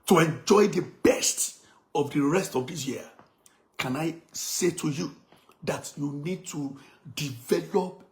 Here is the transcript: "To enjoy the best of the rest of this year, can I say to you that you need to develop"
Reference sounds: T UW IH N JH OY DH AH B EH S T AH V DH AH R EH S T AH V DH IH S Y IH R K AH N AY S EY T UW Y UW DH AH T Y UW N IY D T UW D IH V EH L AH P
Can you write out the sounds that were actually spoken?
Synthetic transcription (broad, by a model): T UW IH N JH OY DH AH B EH S T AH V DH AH R EH S T AH V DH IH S Y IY K AH N AY S EY T UW Y UW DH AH T Y UW N IY D T UW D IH V EH L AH P